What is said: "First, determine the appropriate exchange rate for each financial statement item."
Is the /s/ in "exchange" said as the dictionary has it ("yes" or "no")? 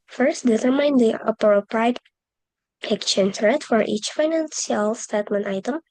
no